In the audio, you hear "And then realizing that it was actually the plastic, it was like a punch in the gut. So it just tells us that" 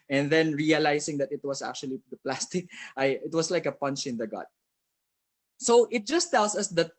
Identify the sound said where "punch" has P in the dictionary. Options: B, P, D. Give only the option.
P